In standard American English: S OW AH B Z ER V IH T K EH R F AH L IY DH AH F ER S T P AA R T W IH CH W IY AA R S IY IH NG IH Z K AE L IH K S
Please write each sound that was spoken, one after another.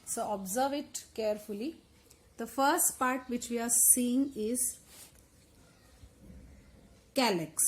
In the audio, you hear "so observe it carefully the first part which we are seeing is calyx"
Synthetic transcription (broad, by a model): S OW AH B Z ER V IH T K EH R F AH L IY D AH F ER S T P AA R T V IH CH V IY AA R S IY IH NG IH Z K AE L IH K S